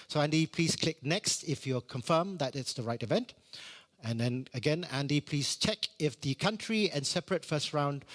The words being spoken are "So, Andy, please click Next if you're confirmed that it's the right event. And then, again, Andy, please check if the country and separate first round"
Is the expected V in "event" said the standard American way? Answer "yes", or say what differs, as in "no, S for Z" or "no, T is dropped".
yes